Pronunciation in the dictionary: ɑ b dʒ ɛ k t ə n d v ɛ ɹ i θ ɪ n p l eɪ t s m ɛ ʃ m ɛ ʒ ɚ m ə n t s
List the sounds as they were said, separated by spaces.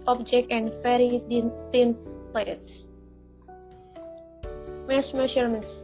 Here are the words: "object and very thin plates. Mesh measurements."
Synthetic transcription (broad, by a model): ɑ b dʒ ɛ k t ə n d f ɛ ɹ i t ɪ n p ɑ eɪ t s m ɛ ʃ m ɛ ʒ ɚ m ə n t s